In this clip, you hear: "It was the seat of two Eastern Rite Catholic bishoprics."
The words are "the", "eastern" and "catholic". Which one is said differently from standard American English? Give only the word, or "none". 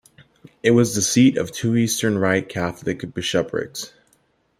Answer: none